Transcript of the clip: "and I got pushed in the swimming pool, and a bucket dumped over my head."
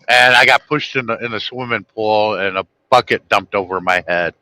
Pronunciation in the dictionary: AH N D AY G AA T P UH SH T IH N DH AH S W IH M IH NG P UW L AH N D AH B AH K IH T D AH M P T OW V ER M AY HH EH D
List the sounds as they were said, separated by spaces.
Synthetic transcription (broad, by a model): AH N AY G AA T P UH SH T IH N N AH S W IH M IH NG P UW L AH N AH B AH K IH T D AH M P T OW V ER M AY HH EH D